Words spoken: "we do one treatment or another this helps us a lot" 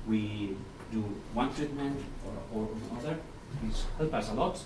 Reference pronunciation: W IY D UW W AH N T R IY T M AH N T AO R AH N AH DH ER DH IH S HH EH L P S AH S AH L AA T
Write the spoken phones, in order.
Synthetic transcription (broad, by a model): W IY D UW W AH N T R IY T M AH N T AO R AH AH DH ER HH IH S HH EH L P AH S AH L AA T